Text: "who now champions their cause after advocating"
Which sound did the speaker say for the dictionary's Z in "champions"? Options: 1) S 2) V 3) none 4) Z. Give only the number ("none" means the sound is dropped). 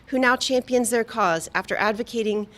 4